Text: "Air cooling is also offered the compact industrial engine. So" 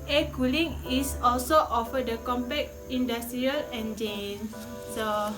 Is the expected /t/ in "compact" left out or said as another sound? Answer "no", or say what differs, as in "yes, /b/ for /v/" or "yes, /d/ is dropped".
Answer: yes, /t/ is dropped